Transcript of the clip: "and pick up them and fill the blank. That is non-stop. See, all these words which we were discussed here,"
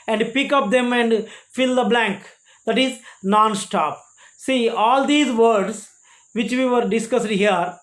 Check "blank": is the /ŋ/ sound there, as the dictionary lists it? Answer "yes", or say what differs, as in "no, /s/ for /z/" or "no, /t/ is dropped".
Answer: yes